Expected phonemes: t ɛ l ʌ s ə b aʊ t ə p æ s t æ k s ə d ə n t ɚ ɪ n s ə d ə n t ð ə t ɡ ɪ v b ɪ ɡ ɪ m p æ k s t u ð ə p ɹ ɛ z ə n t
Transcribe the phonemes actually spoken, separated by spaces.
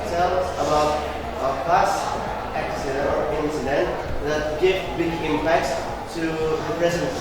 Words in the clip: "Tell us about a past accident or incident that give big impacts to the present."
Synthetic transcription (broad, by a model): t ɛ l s ə b aʊ t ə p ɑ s æ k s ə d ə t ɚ ɪ n s ə d ə n t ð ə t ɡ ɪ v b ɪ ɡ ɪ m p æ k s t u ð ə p ɹ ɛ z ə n